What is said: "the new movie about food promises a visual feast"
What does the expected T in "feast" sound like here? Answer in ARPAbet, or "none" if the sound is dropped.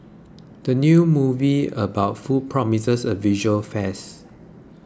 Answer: none